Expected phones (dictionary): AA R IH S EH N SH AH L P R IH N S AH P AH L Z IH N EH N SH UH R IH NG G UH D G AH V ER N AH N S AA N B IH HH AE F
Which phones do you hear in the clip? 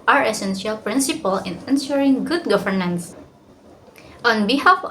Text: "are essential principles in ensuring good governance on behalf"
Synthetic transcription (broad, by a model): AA R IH S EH N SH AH L P R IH N S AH P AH L IH N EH N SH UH R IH NG G UH D G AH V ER N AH N S AA N B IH HH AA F